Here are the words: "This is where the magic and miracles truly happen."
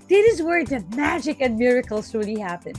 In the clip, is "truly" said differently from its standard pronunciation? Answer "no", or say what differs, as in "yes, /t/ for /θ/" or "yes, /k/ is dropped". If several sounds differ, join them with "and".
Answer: yes, /ɹ/ is dropped